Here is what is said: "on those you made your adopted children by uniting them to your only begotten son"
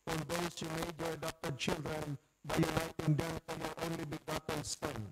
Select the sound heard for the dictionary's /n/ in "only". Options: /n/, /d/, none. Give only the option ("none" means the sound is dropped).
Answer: /n/